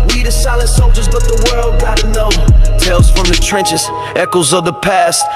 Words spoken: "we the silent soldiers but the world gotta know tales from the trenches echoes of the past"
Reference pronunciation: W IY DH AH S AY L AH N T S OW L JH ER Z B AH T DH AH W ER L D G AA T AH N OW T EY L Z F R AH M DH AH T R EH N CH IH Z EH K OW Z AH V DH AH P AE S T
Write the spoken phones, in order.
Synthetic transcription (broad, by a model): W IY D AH S AY L AH N T S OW JH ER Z B AH T DH AH W ER L D G AA T AH N OW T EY L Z F R AH M DH AH T R EH N CH IH Z EH K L Z AH V DH AH P AE S T